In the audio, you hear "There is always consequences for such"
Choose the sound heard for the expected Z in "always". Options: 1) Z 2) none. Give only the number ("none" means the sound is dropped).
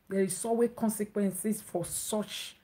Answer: 2